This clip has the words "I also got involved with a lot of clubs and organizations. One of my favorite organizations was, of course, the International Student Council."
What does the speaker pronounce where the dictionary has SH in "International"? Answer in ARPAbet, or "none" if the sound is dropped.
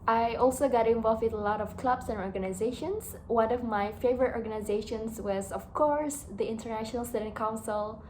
SH